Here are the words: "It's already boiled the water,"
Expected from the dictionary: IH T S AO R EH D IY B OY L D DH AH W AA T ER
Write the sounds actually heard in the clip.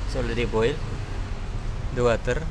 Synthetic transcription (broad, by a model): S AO L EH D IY B OY L D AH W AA T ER